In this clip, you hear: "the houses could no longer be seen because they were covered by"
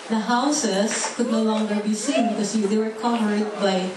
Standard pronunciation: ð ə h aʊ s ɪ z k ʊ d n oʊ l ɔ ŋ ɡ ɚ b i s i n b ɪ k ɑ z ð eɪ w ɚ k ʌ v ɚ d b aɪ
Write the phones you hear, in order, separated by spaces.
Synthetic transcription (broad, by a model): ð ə h aʊ s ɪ s k ʊ d n oʊ l ɔ ŋ ɡ ɚ b i s i n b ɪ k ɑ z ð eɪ w ɚ k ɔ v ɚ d b aɪ